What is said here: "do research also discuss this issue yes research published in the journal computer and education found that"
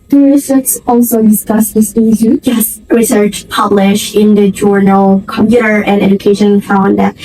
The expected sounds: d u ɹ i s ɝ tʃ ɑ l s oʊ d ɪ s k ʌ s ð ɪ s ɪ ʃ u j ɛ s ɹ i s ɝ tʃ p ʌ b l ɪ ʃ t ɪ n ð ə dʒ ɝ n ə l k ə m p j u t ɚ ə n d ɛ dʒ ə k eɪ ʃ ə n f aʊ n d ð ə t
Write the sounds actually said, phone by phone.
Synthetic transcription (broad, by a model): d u ɹ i s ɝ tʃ ɑ l s oʊ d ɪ s k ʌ s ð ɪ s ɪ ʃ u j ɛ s ɹ i s ɝ tʃ p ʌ b l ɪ ʃ ɪ n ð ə dʒ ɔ n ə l k ə m p j u t ɚ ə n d ɛ dʒ ə k eɪ ʃ ə n f aʊ n d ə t